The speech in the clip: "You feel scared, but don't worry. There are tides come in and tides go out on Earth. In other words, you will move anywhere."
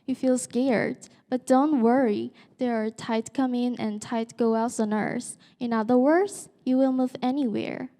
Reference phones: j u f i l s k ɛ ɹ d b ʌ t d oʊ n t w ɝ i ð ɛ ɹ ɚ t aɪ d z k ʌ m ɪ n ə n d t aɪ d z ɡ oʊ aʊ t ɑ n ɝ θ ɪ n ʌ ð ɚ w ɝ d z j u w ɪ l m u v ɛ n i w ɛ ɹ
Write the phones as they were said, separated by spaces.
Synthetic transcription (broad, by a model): j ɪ f i l s k ɛ ɹ d b ʌ t d oʊ n t w ɝ i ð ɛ ɹ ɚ t aɪ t k ʌ m ɪ n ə n t aɪ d ɡ oʊ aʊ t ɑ n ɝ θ ɪ n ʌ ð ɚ w ɝ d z j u w ɪ l m u v ɛ n i w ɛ ɹ